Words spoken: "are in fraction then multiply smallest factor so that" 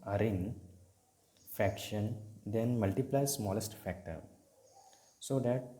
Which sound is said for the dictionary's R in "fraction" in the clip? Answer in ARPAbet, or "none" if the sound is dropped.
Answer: none